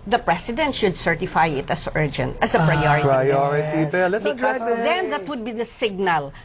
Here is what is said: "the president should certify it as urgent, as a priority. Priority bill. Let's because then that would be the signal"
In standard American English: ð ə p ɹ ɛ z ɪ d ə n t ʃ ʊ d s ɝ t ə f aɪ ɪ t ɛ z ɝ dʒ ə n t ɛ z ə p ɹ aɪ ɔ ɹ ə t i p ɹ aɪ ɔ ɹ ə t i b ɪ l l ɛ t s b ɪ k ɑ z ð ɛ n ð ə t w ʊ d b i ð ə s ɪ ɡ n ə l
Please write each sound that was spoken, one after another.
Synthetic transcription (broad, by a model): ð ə p ɹ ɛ s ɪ d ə n t ʃ ʊ d s ɝ t ə f aɪ ɪ t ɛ s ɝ dʒ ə n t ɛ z ə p ɹ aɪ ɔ ɹ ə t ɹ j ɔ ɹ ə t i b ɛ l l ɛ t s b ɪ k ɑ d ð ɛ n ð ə t w ʊ d b i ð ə s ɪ ɡ n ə l